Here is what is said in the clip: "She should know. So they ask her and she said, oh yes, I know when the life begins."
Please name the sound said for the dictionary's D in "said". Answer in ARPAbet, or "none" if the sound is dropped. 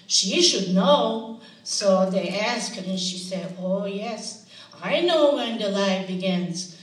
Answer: D